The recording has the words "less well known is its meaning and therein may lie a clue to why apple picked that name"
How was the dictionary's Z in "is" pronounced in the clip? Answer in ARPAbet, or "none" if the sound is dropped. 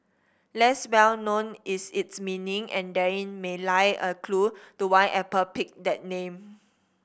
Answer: S